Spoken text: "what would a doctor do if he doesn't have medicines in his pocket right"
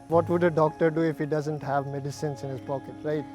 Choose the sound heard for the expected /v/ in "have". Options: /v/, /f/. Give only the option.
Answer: /v/